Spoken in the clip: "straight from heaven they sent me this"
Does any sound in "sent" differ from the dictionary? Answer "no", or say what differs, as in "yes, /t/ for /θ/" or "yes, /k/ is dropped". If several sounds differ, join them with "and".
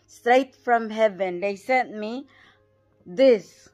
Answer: yes, /n/ is dropped